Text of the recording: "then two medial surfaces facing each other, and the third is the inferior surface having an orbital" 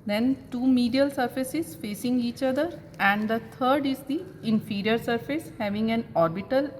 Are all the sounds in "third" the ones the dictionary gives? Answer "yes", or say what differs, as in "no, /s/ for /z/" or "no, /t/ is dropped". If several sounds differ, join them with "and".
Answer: no, /t/ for /θ/